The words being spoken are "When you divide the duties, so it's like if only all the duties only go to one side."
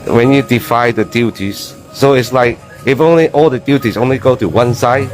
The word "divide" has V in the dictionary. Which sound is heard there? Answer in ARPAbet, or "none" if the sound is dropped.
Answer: F